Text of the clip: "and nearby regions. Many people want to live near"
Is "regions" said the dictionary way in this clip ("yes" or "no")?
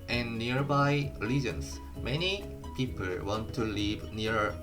no